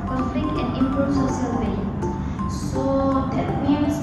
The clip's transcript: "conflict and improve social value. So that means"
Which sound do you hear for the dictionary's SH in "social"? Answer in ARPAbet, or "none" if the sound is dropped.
S